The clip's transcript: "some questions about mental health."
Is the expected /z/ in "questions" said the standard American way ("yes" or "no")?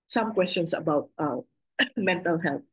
no